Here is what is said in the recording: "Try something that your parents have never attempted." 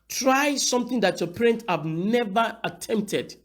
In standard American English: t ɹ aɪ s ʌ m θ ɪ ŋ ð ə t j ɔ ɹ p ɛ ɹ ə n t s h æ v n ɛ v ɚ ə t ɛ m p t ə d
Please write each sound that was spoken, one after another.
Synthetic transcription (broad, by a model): t ɹ aɪ s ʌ m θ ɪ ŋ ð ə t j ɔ p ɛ ɹ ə n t h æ v n ɛ v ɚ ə t ɛ m p t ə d